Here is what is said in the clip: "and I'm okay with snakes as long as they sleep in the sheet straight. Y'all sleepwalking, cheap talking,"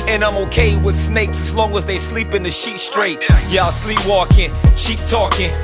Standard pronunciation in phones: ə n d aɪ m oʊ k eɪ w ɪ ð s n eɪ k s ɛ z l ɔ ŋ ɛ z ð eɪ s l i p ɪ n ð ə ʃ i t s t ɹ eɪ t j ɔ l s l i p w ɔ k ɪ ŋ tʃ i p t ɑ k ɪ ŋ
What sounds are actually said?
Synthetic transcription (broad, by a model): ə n aɪ m oʊ k eɪ w ɪ ð s n eɪ k s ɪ z l ɔ ŋ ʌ z ð eɪ s l i p ɪ n ð ə ʃ i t s t ɹ eɪ t j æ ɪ s l i p w ɔ k ɪ ŋ ʃ i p t ɑ k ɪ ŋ